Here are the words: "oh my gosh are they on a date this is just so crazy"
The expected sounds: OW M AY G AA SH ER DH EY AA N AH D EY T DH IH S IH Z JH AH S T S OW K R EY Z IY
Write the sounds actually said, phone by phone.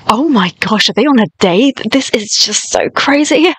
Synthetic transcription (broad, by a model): OW M AY G AA SH ER DH EY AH N AH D EY DH IH S IH Z JH AH S T S OW K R EY Z IY